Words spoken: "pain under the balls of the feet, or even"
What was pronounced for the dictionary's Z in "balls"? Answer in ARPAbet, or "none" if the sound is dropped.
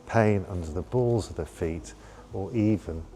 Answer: Z